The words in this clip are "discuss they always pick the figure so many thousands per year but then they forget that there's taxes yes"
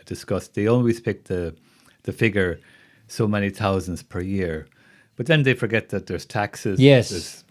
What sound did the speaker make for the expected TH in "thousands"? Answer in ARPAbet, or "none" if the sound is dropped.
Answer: TH